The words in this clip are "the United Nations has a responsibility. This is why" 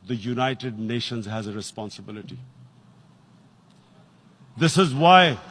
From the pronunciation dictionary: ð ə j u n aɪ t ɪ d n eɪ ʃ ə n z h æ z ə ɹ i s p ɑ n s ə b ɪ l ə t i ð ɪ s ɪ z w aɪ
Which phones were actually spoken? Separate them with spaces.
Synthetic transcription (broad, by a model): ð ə j u n aɪ t ɪ d n eɪ ʃ ə n z h æ z ə ɹ i s p ɑ n s ə b ɪ l ə t i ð ɪ s ɪ z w aɪ